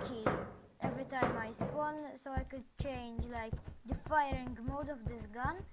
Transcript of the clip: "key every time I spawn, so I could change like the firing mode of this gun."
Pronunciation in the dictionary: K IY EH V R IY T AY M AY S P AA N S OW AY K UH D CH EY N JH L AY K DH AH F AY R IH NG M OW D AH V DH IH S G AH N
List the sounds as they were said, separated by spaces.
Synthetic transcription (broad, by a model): K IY EH V R IY T AY M AY S P AA N S OW AY K UH D CH EY N JH L AY K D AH F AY R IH NG M OW D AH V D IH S G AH N